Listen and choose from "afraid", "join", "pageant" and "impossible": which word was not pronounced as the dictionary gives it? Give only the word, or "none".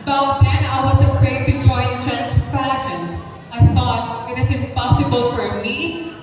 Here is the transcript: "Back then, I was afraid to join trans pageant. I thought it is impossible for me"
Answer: pageant